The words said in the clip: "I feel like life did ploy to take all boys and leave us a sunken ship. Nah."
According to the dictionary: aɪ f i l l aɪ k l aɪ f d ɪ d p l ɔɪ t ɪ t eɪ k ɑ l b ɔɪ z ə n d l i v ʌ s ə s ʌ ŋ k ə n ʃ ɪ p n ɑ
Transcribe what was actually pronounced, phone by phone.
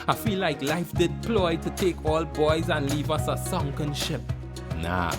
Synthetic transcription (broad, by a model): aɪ f i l l aɪ k l aɪ f d ɪ d p l ɔɪ t ɪ t eɪ k ɑ l b ɔɪ z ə n l i v ʌ s ə s ʌ ŋ k ə n ʃ ɪ p n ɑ